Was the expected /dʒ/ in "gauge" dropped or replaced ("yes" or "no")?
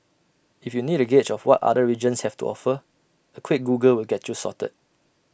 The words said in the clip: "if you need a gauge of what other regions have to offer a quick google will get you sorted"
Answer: yes